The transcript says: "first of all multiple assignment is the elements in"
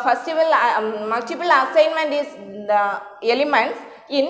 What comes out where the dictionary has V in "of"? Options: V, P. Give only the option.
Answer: V